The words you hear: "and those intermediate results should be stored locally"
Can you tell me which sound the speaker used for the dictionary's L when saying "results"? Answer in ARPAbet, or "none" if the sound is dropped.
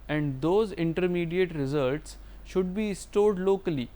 L